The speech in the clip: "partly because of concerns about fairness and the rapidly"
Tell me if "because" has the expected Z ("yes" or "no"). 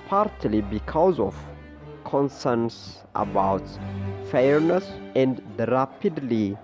yes